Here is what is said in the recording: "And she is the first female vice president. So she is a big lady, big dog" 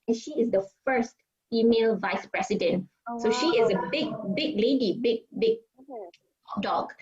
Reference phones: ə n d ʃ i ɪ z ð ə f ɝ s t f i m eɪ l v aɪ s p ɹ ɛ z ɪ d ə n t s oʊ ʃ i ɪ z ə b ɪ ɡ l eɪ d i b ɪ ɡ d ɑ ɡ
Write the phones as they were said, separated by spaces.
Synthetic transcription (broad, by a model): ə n ʃ i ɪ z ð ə f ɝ s t f i m eɪ l v aɪ s p ɹ ɛ s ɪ d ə n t s oʊ ʃ i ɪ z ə b ɪ ɡ l eɪ d i b ɪ ɡ d ɑ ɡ